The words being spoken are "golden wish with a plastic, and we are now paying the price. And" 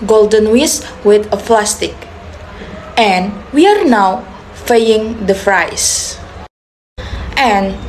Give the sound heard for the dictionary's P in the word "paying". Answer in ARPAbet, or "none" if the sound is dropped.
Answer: F